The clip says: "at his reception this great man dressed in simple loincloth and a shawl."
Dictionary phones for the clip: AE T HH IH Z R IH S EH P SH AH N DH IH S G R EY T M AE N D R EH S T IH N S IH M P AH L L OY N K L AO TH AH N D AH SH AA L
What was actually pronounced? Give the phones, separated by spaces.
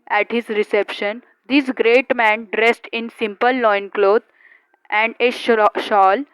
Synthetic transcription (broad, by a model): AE T HH IH Z R IH S EH P SH AH N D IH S G R EY T M AE N D R EH S T IH N S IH M P AH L L OY N K L AO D AH N D AH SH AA L